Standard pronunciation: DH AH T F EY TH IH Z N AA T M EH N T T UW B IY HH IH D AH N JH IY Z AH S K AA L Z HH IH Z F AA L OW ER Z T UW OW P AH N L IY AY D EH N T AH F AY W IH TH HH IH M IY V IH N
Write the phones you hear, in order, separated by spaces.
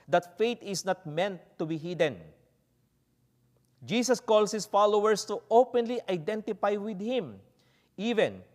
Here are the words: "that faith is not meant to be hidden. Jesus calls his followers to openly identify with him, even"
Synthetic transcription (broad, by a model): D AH T F EY T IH S N AA T M EH N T T UW B IY HH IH D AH N JH IY S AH S K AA L S HH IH S F AA L OW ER S T UW OW P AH N L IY AY D EH N T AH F AY W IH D HH IH M IY V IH N